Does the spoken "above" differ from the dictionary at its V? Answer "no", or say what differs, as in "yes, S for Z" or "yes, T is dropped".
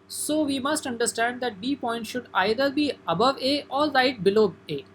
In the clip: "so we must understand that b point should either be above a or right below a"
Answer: no